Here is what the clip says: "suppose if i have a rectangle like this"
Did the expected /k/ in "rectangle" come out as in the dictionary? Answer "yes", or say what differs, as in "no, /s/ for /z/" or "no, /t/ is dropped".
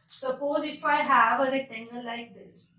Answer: no, /k/ is dropped